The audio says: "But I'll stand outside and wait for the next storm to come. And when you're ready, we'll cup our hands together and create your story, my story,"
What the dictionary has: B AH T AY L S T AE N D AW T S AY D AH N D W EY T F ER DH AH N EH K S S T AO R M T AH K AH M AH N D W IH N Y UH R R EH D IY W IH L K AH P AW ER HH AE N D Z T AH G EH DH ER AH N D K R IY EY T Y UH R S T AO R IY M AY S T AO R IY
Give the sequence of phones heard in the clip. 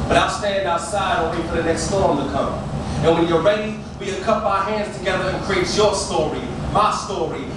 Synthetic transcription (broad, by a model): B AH T AY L S T AE N D AW T S AY D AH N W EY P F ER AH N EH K S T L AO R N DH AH K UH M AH N W IH N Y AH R R EH D IY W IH N K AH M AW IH HH AE N D Z T AH G EH DH ER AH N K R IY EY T Y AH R S T AO R IY M AY S T AO R IY